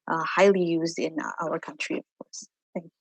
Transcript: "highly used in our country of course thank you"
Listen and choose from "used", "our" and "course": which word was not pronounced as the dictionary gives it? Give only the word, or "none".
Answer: none